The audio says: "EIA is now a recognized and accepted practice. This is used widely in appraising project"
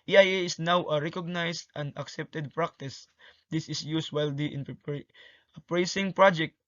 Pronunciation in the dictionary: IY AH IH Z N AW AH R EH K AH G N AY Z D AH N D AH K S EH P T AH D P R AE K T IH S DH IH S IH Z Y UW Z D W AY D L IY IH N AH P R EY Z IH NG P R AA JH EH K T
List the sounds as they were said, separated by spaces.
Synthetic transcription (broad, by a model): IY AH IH S N AW AH R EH K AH G N AY S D AH N D AH K S EH P T AH D P R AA K T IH S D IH S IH S Y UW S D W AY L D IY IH N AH P R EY S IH NG P R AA JH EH K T